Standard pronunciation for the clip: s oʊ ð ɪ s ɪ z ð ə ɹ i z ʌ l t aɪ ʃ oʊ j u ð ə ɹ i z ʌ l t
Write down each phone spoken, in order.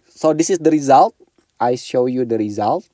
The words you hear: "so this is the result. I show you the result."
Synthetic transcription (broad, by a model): s oʊ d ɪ s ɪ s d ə ɹ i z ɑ l t aɪ ʃ oʊ j u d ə ɹ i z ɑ l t